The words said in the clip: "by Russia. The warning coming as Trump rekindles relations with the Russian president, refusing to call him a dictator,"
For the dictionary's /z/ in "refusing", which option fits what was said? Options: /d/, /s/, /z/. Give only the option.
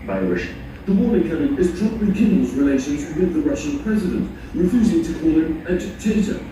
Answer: /z/